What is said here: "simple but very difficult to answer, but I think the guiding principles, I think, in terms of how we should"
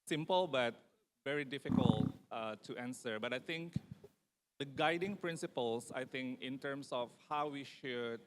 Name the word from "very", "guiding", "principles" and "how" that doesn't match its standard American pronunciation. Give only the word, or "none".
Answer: principles